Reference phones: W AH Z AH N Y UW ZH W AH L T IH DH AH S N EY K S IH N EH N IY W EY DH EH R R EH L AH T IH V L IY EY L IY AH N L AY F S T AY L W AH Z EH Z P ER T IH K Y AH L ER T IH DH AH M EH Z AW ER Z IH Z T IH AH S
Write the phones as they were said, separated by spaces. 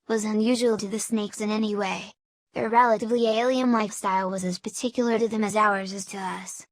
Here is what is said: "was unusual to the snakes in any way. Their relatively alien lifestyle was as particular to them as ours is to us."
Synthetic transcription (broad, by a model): W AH Z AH N Y UW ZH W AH L T IH DH AH S N EY K S IH N EH N IY W EY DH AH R R EH L AH T IH V L IY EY L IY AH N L AY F S T AY L W AH Z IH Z P ER T IH K Y L ER T IH DH AH M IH Z AW ER Z IH Z T IH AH S